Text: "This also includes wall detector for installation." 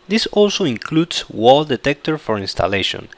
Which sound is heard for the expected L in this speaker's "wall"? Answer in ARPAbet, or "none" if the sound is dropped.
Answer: L